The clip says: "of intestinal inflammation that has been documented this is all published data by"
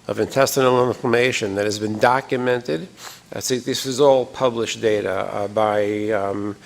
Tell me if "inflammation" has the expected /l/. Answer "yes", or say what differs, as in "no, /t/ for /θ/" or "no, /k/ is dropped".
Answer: no, /l/ is dropped